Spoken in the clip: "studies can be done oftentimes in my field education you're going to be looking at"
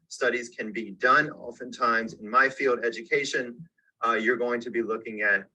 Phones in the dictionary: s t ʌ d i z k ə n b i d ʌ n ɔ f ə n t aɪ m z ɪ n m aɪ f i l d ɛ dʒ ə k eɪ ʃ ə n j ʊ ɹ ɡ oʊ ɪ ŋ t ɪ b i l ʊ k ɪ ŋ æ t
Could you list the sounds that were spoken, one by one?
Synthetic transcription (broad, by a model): s t ʌ d i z k ə n b i d ʌ n ɔ f ə n t aɪ m z ɪ n m aɪ f i l d ɛ dʒ ə k eɪ ʃ ə n j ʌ ɹ ɡ oʊ ɪ ŋ t ɪ b i l ʊ k ɪ ŋ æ t